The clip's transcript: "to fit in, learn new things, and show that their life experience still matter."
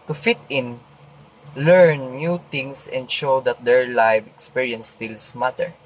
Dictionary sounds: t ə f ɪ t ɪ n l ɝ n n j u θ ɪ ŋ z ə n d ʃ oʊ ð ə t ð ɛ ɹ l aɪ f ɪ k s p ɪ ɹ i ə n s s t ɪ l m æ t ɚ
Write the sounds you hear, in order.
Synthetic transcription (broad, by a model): t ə f ɪ t ɪ n l ɝ n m j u t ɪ ŋ s ə n d ʃ oʊ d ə t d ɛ ɹ l aɪ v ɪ k s p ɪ ɹ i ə n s s t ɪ l m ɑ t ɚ